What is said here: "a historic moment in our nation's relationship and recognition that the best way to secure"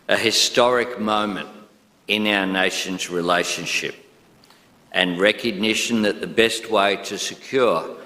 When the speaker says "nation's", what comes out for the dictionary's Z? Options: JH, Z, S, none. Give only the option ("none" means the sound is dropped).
Z